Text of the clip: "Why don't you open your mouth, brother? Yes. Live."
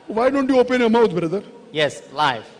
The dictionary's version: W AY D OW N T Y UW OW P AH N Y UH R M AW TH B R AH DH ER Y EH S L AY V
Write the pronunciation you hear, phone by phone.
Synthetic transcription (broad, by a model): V AY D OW N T Y UW OW P AH N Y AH M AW T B R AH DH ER Y EH S L AY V